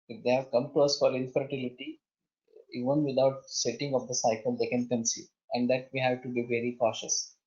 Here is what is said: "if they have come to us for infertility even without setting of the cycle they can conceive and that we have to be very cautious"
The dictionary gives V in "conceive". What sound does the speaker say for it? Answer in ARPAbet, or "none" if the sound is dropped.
none